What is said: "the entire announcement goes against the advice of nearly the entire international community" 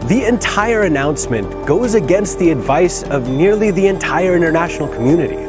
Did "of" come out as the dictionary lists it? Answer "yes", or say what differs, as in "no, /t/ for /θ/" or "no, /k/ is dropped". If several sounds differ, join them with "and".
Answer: yes